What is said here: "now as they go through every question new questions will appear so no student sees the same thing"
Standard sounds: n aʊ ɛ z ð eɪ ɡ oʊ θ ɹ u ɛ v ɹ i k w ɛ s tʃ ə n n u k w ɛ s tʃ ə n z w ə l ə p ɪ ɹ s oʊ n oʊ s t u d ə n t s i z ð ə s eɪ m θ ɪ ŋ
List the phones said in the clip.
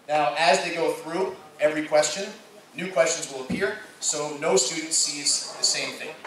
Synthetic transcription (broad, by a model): n aʊ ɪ z ð eɪ ɡ oʊ θ ɹ u ɛ v ɹ i k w ɛ s tʃ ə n n u k w ɛ s tʃ ə n z w ə l ə p ɪ ɹ s oʊ n oʊ s t u d n t s i z ð ə s eɪ m θ ɪ ŋ